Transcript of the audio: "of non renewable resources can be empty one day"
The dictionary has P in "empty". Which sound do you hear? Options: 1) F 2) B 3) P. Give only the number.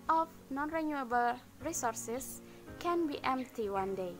3